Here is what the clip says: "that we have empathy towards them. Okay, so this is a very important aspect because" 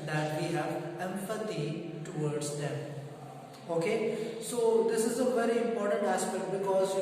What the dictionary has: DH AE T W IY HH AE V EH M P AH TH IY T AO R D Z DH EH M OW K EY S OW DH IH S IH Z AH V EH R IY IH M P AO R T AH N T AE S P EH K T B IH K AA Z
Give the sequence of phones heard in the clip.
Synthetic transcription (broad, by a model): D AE T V IY HH AE V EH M F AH T IY T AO R D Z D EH M OW K EY S OW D IH S IH Z AH V EH R IY IH M P AO R T AH N T AE S P EH K T B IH K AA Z